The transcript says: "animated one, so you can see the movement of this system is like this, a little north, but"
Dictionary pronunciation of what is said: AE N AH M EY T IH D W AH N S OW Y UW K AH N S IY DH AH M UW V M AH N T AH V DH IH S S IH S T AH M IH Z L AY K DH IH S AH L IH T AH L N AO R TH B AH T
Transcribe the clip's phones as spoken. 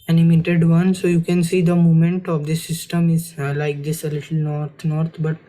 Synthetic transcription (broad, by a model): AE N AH M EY T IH D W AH N S OW Y UW K AH N S IY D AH M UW M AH N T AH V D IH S S IH S T AH M IH Z L AY K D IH S AH L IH T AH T N AO R T B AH T